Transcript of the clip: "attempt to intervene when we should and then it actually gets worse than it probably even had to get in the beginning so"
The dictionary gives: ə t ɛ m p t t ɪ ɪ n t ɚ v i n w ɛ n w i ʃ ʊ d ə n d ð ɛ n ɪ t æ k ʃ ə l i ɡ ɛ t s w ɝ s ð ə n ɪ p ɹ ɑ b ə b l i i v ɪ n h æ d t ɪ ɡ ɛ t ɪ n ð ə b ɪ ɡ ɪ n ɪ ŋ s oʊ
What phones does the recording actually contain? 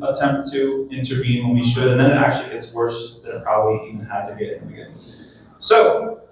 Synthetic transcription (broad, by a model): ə t ɛ m p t t ɪ ɪ n t ɚ v i n w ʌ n w i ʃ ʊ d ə n ð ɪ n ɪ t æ k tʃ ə l i ɡ ɛ t s w ɝ s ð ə ɪ p ɹ ɑ b ə b l i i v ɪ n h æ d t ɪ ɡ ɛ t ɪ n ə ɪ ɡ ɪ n s oʊ